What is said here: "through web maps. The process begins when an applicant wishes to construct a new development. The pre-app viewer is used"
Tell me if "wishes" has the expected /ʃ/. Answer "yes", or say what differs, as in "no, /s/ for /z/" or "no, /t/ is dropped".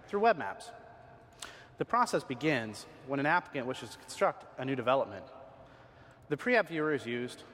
yes